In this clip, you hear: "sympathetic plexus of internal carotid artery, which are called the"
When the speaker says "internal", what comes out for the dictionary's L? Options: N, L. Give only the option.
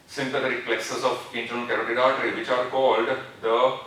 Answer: N